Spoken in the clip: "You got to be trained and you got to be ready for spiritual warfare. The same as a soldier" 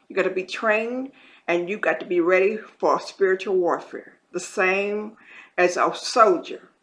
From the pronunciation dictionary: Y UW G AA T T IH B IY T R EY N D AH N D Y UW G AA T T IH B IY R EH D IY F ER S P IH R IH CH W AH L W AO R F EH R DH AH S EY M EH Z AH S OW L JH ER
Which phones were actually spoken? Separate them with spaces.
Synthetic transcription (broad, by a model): Y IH G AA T T IH B IY T R EY N D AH N Y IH G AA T T IH B IY R EH D IY F ER S P IH R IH CH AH L W AO R F EH R DH AH S EY M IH Z AH S OW L JH ER